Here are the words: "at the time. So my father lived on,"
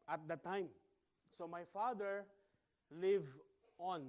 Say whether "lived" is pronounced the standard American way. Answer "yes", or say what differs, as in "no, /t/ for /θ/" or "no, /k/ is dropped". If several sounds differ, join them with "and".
no, /d/ is dropped